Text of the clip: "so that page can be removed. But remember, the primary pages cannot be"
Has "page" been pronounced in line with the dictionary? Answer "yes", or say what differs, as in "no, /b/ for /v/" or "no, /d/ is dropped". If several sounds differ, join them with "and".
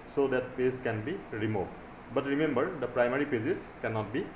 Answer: no, /z/ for /dʒ/